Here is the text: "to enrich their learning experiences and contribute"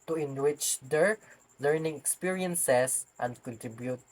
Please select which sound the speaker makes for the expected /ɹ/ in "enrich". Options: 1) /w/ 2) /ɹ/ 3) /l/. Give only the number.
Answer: 1